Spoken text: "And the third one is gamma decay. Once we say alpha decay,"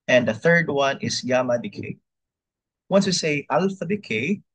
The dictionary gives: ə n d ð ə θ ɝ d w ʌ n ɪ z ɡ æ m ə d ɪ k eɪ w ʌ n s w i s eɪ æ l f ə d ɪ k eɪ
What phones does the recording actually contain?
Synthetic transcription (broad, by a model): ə n ð ə θ ɝ d w ʌ n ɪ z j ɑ m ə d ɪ k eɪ w ʌ n s w i s eɪ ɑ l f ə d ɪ k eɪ